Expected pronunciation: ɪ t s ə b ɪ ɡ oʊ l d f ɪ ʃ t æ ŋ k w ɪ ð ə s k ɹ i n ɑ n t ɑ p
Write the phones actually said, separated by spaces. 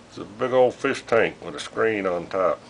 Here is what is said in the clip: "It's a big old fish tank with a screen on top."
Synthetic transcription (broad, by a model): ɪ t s ə b ɪ ɡ oʊ l d f ɪ ʃ t æ ŋ k w ɪ ð ə s k ɹ i n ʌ n t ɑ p